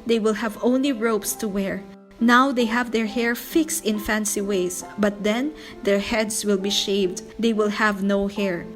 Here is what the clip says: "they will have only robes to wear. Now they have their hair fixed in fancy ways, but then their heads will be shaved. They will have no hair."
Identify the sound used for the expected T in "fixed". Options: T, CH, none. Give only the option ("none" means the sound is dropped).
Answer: T